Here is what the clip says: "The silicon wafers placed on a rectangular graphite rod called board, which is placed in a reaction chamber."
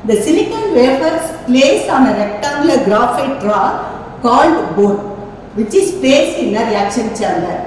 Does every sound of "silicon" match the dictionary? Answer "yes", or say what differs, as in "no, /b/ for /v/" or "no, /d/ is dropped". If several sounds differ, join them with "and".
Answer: no, /n/ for /l/